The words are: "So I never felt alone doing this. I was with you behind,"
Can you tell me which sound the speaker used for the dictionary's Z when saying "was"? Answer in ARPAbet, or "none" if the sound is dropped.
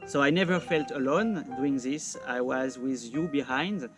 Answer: Z